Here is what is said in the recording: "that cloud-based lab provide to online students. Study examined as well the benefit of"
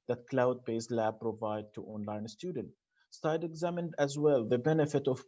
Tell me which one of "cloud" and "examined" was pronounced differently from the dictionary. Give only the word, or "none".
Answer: none